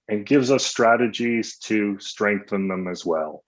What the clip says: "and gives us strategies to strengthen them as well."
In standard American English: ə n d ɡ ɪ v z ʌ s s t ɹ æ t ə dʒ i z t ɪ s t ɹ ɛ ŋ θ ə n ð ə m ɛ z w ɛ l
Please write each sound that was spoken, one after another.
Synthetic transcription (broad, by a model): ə n ɡ ɪ v z ʌ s s t ɹ æ t ə dʒ i z t ɪ s t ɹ ɛ ŋ θ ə n ð ə m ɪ z w ɛ l